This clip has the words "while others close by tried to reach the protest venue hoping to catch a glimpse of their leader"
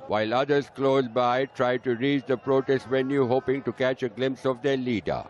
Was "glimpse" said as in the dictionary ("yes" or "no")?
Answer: yes